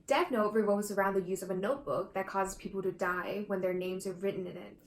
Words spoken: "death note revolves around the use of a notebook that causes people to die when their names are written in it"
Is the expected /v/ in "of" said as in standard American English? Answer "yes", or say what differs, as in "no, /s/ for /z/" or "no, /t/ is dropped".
yes